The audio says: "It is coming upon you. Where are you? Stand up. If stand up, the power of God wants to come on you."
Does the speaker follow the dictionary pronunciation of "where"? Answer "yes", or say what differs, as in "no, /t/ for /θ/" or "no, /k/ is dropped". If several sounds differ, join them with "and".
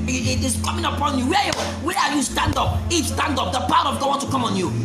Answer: no, /w/ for /ɹ/